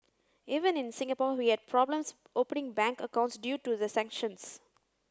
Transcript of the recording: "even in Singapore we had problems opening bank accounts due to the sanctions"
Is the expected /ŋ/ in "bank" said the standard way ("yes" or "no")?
yes